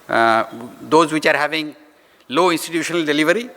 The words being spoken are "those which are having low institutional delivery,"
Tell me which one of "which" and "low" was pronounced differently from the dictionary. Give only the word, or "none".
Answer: none